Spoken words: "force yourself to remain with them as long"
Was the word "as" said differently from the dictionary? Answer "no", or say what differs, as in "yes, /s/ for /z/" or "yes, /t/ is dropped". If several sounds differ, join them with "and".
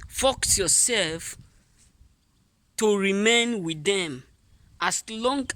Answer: yes, /s/ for /z/